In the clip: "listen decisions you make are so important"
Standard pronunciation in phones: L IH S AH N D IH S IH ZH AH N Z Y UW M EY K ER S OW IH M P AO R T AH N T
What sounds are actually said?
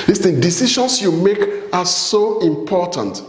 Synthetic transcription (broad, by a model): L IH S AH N D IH S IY SH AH N S Y UW M EY K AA S OW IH M P AO T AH N T